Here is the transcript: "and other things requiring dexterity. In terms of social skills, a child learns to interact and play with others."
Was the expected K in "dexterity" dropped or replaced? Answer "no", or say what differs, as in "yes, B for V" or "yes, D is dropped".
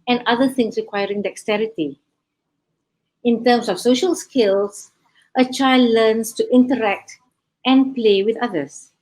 no